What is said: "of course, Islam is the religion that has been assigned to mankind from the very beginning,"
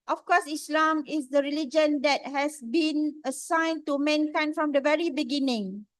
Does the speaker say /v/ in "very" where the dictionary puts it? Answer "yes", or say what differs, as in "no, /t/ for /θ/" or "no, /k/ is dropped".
yes